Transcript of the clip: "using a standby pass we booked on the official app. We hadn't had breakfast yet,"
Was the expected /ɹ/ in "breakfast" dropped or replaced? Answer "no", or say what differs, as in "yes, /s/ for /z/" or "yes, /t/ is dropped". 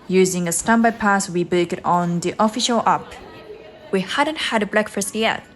yes, /l/ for /ɹ/